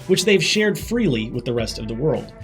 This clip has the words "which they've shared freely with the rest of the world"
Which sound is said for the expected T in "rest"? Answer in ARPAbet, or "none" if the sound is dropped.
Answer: T